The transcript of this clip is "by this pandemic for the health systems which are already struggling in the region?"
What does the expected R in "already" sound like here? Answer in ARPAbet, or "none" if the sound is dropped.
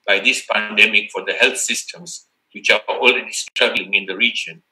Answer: L